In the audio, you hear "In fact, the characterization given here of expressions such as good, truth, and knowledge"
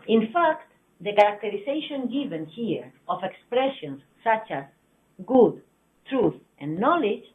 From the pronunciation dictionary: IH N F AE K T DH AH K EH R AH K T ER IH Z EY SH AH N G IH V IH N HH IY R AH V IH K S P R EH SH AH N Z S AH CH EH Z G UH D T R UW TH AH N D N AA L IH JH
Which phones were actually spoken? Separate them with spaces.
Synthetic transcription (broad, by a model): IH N F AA K T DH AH K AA R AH K T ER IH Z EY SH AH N G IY V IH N HH IY R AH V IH K S P R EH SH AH N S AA CH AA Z G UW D T R UW TH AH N N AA L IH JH